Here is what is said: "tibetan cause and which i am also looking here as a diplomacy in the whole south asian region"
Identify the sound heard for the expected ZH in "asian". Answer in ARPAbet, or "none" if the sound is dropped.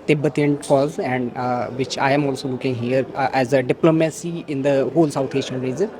SH